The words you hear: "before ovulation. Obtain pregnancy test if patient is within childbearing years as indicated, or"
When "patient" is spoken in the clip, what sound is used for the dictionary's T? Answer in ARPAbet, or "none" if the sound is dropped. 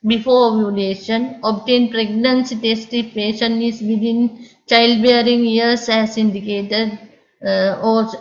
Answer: none